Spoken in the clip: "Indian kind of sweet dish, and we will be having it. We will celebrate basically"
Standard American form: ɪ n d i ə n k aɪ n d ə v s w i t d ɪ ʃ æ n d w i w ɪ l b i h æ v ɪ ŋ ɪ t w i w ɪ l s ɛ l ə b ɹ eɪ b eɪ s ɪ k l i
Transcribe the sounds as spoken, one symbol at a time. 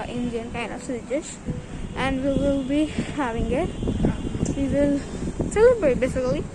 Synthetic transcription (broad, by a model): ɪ n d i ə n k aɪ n ə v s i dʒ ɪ s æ n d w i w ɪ l b i h æ v ɪ ŋ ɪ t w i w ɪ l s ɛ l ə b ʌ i b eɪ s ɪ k l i